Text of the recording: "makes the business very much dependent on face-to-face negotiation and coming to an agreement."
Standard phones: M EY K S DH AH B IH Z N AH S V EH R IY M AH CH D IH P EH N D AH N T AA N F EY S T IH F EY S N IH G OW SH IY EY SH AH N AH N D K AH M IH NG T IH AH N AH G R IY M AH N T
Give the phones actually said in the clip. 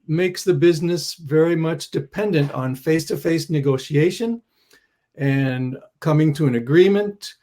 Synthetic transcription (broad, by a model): M EY K S DH AH B IH Z N AH S V EH R IY M AH CH D IH P EH N D AH N T N F EY S T IH F EY S N IH G OW SH IY EY SH AH N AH N K AH M IH NG T IH AH N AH G R IY M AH N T